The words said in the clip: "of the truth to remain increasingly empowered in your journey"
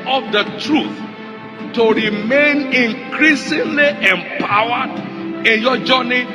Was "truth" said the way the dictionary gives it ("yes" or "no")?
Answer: yes